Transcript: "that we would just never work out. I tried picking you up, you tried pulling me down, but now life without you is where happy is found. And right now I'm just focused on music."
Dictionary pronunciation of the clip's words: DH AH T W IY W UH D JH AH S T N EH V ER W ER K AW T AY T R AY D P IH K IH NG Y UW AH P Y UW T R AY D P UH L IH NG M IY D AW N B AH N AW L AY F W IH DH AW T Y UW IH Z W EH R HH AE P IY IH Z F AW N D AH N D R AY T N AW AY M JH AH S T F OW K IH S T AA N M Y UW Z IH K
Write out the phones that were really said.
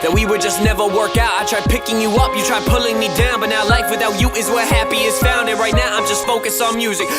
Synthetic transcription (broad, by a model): DH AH T W IY W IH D JH AH S N EH V ER W ER K AW T AY T R AY D P IH K IH NG Y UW AH P Y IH T R AY D P UH L IH NG M IY D AW N B AH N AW L AY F W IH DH AW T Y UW IH Z W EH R HH AE P IY IH Z F AW N D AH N R AY T N AW AY M JH AH S T F OW K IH S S N M Y UW Z IH K